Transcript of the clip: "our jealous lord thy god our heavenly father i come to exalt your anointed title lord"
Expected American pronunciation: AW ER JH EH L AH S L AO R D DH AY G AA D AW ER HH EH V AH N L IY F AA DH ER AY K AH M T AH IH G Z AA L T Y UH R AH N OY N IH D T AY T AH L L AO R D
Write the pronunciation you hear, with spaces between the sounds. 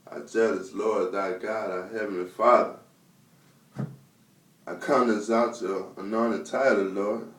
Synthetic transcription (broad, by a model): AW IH JH EH L AH S L AO R D DH AY G AA D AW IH HH EH V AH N L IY F AA DH ER AY K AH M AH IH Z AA T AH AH N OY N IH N T AY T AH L L AO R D